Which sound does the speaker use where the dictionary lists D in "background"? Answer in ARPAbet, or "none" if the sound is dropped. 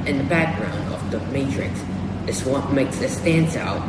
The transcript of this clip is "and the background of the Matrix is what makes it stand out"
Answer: D